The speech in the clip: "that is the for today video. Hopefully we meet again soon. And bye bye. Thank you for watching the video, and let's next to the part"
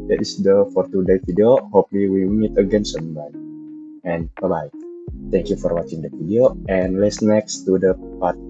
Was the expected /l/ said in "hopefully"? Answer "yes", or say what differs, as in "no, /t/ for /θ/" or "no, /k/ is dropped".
no, /w/ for /l/